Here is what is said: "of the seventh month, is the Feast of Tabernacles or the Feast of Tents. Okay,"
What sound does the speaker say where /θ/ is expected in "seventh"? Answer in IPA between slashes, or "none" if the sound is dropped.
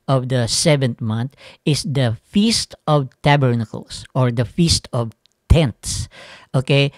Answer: /t/